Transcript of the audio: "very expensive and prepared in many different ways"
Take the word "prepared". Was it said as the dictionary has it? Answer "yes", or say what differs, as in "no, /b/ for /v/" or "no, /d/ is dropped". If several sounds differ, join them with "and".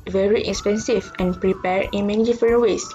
no, /d/ is dropped